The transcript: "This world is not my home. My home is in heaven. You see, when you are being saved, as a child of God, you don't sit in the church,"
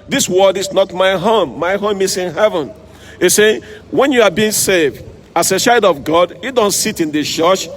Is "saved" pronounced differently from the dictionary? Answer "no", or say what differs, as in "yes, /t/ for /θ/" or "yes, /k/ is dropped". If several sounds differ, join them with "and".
no